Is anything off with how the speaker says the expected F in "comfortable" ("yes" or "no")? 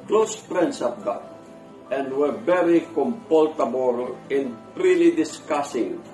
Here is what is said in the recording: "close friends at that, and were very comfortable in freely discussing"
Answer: yes